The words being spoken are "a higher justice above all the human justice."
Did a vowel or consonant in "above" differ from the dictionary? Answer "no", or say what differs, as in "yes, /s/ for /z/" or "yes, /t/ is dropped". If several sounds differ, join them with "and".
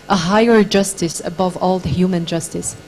no